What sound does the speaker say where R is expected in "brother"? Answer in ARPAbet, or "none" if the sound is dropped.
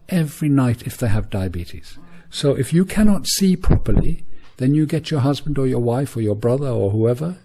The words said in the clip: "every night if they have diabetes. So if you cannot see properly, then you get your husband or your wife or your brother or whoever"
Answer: R